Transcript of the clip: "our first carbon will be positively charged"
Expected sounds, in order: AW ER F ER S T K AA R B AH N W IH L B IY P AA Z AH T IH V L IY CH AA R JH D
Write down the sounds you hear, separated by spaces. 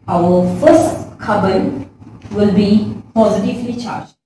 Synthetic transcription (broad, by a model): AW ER F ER S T K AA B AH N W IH L B IY P AA Z AH T IH V L IY CH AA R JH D